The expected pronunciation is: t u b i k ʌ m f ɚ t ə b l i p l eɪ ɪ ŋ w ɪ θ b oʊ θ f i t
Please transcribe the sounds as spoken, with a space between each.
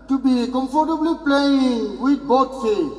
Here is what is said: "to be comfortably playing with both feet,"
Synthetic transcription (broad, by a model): t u b i k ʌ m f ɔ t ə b l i p l eɪ ɪ ŋ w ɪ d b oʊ t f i